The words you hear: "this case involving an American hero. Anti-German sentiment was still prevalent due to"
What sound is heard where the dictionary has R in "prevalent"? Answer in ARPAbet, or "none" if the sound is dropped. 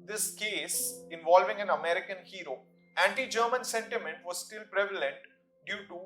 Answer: R